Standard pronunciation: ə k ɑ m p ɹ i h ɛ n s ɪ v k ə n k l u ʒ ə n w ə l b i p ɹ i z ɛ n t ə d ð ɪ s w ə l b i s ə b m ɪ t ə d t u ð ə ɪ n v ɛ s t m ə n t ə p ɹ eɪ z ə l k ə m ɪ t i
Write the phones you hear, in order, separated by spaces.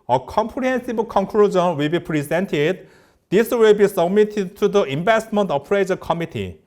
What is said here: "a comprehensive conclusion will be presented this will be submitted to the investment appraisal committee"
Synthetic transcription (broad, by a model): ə k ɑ m p ɹ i h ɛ n s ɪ b k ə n k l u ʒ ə n w ə l b i p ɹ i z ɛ n t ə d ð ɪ s w ə l b i s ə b m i t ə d t u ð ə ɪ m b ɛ s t m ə n t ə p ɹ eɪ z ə k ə m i t i